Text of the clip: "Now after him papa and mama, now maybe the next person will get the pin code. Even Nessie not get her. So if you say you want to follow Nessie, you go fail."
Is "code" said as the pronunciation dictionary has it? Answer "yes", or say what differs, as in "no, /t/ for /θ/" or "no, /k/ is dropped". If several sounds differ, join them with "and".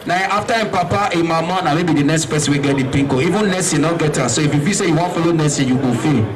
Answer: no, /d/ is dropped